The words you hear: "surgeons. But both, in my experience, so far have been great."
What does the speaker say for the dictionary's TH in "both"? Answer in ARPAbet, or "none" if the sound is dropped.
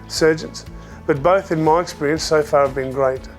TH